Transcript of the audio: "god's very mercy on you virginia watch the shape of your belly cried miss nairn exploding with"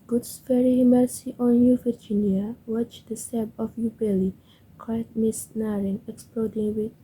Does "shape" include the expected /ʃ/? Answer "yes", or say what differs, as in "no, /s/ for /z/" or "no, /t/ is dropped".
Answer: no, /s/ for /ʃ/